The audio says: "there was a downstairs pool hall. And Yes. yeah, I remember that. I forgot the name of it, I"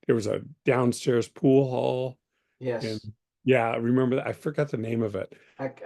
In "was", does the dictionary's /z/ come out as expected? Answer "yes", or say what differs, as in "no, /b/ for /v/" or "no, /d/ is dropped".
yes